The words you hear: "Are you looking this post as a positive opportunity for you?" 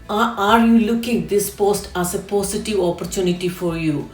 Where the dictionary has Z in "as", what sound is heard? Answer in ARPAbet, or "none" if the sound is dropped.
S